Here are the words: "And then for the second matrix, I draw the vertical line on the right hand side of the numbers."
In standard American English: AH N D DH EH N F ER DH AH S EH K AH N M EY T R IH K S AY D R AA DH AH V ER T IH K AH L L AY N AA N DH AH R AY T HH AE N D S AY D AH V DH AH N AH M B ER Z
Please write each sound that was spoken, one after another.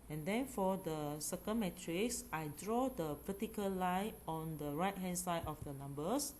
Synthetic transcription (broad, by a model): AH N D EH N F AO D AH S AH K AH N M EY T R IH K S AY D R AA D AH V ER T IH K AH L L AY AA N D AH R AY T HH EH N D S AY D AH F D AH N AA M B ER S